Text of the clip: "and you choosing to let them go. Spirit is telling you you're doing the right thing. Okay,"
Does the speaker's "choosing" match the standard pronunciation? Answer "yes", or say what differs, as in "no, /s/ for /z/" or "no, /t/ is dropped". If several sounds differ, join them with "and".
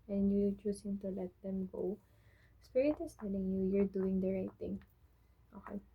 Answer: no, /s/ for /z/